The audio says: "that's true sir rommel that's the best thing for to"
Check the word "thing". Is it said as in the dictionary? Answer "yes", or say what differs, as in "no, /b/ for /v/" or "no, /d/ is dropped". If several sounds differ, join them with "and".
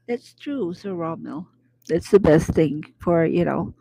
yes